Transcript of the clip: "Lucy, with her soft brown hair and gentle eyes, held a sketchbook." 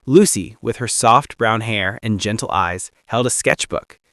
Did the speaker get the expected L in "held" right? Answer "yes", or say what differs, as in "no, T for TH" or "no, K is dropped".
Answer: yes